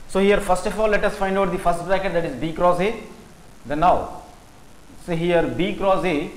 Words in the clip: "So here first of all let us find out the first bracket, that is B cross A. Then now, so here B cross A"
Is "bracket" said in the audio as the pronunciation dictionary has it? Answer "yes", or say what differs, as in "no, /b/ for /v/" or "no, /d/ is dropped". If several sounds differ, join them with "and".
no, /ɹ/ is dropped